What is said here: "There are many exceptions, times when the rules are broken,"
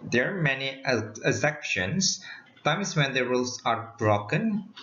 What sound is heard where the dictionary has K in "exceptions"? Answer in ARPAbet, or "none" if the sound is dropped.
none